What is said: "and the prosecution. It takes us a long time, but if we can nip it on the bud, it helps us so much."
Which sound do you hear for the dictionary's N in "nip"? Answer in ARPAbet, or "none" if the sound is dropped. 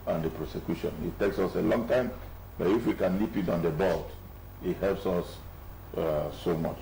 L